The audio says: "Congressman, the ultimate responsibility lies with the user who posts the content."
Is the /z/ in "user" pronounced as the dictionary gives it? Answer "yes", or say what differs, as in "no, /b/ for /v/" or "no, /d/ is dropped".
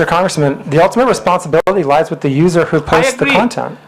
yes